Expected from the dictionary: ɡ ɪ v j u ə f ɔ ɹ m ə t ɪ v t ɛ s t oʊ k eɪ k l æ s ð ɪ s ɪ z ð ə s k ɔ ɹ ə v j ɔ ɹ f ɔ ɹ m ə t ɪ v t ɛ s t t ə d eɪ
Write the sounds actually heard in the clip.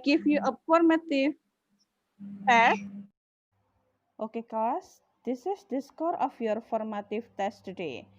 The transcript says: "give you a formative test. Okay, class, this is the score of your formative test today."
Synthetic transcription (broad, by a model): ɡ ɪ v j u ə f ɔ ɹ m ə t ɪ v t ɛ s t oʊ k eɪ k ɔ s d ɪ s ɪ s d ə s k ɔ ɹ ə f j ɔ ɹ f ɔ ɹ m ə t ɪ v t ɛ s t t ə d eɪ